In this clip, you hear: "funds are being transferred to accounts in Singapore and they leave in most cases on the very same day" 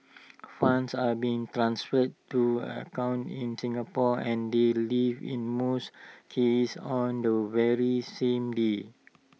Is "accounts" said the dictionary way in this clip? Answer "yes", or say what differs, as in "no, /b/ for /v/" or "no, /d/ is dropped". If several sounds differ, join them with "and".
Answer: no, /s/ is dropped